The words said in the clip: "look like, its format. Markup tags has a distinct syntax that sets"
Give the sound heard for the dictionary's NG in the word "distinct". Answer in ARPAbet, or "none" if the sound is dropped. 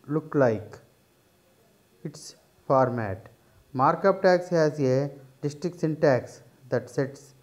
none